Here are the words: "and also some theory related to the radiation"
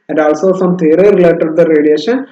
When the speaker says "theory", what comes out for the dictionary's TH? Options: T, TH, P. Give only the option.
T